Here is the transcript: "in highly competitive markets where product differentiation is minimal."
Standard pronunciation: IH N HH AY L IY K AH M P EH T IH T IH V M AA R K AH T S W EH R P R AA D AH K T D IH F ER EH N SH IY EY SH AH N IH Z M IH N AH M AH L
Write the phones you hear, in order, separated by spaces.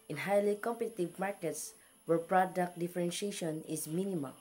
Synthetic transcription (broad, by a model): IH N HH AY L IY K AH M P EH T IH T IH V M AA R K AH T S W EH R P R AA D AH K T D IH F ER EH N SH IY EY SH AH N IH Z M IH N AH M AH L